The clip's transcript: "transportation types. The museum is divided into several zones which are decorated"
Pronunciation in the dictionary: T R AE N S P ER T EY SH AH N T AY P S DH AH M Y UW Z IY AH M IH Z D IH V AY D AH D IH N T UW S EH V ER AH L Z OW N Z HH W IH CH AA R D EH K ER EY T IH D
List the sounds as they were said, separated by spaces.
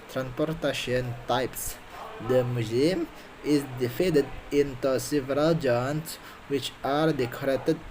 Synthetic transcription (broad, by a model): T R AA N S P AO T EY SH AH N T AY P S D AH M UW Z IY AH M IH Z D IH F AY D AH D IH N T UW S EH V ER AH L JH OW N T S W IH CH AA R D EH K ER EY T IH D